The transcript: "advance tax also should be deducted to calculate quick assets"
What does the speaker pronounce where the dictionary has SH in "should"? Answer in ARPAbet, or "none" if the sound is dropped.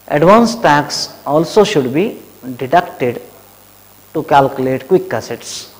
SH